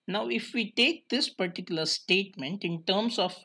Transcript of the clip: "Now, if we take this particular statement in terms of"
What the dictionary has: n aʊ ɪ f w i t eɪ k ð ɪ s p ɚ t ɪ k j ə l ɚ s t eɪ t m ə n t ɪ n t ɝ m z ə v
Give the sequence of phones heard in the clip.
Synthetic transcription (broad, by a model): n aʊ ɪ f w i t eɪ k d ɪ s p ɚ t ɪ k j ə l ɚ s t eɪ t m ə n t ɪ n t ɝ m s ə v